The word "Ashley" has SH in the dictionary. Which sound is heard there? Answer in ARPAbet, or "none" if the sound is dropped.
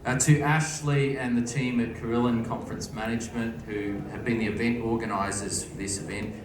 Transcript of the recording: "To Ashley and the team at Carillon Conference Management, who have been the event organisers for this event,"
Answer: SH